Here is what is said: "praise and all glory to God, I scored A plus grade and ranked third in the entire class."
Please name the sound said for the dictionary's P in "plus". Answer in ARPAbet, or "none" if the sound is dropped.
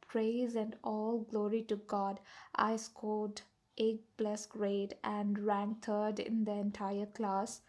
B